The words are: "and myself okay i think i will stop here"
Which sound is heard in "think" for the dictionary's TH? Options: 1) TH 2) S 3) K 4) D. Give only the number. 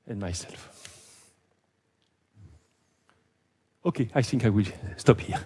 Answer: 1